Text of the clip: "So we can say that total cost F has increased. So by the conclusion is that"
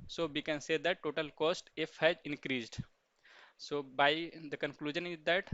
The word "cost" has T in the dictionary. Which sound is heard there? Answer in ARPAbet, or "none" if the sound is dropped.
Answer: T